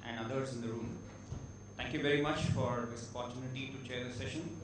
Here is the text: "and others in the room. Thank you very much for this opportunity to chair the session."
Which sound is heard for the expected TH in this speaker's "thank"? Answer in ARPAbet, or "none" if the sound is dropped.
T